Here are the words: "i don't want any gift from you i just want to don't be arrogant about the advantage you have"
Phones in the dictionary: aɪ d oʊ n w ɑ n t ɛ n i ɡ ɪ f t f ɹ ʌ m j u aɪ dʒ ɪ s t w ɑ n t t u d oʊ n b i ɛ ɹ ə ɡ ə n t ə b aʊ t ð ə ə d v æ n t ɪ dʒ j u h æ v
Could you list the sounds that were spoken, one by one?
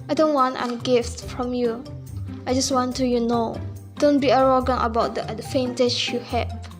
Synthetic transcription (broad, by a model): aɪ d oʊ n w ɑ n t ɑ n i ɡ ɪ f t f ɹ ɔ m j u aɪ dʒ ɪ s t w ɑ n t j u d oʊ n b i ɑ ɹ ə ɡ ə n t ə b aʊ t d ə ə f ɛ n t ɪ tʃ j u h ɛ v